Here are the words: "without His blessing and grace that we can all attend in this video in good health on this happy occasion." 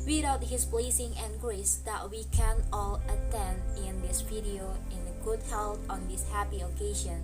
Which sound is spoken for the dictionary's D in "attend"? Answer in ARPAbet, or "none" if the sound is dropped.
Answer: D